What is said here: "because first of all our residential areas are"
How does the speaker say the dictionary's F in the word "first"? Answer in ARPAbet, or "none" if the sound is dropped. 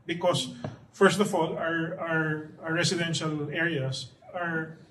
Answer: F